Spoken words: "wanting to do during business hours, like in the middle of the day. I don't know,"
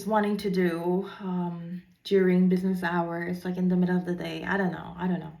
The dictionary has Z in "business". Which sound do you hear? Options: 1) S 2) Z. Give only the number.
2